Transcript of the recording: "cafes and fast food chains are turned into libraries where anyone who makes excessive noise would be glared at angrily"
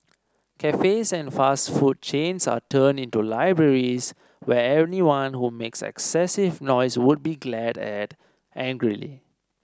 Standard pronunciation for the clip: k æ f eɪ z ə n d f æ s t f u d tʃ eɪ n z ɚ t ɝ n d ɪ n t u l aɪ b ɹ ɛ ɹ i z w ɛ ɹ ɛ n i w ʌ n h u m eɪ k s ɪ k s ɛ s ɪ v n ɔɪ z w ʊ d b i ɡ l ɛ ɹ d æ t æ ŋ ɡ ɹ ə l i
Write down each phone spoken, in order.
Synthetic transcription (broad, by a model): k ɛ f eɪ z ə n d f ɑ s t f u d tʃ eɪ n s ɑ t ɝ n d ɪ n t u l aɪ b ɹ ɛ ɹ i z w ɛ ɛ n i w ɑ n h u m eɪ k s ɪ k s ɛ s ɪ v n ɔɪ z w ʊ d b i ɡ l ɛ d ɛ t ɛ ŋ ɡ ɹ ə l i